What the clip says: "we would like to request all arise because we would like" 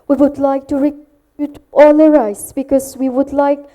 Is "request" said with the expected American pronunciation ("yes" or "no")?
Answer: no